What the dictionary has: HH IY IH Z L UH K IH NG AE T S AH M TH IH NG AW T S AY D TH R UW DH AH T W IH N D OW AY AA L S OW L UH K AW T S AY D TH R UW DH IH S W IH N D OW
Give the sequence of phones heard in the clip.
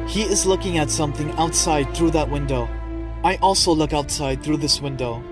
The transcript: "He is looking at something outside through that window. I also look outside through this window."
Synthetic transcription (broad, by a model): HH IY IH Z L UH K IH NG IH T S AH M TH IH NG AW T S AY D TH R UW DH AH T W IH N D OW AY AA L S OW L UH K AW T S AY D TH R UW DH IH S W IH N D OW